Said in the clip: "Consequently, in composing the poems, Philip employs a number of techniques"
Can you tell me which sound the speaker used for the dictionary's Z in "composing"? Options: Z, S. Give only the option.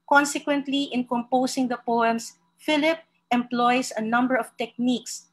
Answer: S